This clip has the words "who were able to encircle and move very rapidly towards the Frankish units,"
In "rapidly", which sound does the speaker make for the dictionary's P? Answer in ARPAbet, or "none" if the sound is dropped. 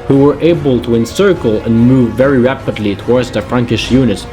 P